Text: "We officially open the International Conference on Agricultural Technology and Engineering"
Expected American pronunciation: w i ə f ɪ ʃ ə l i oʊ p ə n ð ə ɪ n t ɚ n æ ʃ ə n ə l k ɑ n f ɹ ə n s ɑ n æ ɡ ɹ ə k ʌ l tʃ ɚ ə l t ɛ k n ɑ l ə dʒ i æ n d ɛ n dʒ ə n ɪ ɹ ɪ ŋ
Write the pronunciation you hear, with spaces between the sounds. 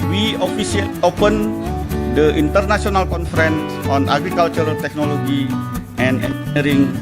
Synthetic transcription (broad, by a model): w i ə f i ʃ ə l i oʊ p ə n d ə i n t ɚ n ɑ s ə n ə l k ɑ n f ɹ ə n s ɑ n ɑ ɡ ɹ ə k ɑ l tʃ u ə l t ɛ k n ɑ l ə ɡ i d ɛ n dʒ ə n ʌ ɹ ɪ ŋ